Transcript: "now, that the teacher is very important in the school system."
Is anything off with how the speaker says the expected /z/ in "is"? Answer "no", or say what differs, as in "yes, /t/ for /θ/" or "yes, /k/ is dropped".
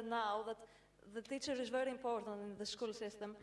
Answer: no